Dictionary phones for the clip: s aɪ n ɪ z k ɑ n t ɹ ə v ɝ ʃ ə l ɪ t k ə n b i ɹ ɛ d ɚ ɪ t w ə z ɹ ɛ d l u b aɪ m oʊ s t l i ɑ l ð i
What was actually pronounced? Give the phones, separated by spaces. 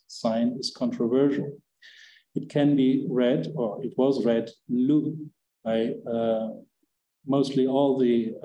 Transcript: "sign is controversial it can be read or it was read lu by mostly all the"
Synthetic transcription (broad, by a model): s aɪ n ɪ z k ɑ n t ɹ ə v ɝ ʃ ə l ɪ t k ə n b i ɹ ɛ d ɚ ɪ t w ə z ɹ ɛ d l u b aɪ m oʊ s t l i ɑ l ð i